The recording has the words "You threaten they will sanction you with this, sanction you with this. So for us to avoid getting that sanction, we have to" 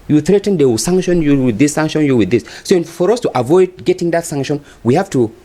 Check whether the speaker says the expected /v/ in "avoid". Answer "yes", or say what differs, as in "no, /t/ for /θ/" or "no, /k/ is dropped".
yes